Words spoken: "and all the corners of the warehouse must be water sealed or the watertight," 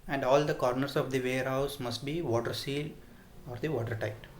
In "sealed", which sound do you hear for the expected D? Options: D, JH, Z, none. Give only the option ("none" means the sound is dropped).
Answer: none